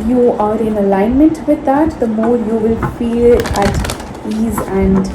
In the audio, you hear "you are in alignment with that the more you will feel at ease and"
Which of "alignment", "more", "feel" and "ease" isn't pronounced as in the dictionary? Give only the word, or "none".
none